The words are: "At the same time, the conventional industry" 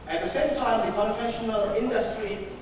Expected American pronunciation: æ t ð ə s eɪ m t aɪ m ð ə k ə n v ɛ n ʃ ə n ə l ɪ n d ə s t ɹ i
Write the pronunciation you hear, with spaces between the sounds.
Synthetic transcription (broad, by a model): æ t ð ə s eɪ m t aɪ m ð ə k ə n f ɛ ʃ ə n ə l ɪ n d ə s t ɹ i